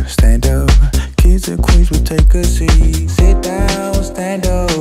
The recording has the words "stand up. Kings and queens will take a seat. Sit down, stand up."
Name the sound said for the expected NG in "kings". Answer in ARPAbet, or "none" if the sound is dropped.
none